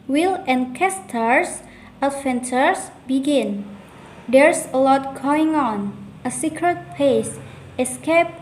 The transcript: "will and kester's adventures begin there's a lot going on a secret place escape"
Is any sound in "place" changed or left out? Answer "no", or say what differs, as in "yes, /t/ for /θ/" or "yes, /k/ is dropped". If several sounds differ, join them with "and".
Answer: yes, /l/ is dropped